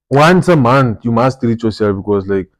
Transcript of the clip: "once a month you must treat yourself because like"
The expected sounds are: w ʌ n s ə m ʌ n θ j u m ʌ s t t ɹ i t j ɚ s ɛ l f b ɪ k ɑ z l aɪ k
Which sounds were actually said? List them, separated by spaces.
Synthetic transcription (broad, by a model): w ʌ n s ə m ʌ n t j u m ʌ s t t ɹ i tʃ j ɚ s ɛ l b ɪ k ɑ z l aɪ k